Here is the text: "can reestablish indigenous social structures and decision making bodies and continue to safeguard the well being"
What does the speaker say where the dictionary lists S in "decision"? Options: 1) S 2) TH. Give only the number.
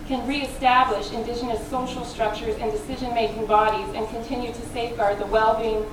1